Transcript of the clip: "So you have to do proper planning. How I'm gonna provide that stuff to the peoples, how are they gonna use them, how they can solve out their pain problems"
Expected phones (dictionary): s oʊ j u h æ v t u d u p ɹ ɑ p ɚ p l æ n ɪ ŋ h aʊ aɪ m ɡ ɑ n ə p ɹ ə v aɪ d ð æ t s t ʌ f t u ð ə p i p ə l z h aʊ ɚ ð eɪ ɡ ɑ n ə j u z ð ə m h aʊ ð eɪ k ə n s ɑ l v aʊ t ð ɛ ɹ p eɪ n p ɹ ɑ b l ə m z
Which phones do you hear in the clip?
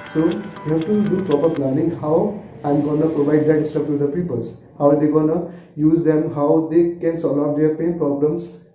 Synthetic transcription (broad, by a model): s oʊ j u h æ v t u d u p ɹ ɑ p ɚ p l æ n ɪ ŋ h aʊ aɪ m ɡ ɑ n ə p ɹ ə v aɪ d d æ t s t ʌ p t u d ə p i p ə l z h aʊ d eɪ ɡ ɑ n ə j u z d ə m h aʊ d eɪ k ə n s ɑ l aʊ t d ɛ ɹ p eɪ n p ɹ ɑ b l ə m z